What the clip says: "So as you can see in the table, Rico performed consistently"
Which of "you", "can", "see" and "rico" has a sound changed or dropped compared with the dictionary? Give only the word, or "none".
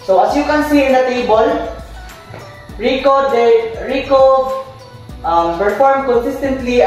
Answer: none